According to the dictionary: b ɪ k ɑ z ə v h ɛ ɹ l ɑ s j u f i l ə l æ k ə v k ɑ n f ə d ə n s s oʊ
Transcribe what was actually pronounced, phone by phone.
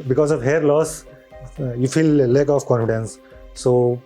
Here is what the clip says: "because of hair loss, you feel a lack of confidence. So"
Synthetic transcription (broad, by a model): b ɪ k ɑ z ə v h ɛ ɹ l ɑ s j u f i l ə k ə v k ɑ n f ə d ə n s s oʊ